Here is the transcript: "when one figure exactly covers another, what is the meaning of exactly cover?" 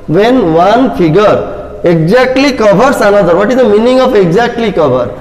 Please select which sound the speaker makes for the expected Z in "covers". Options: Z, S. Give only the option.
S